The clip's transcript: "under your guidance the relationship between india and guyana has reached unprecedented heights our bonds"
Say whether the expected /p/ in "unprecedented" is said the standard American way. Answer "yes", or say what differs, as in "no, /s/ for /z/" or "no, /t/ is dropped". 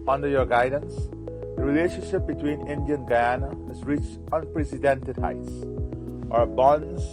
yes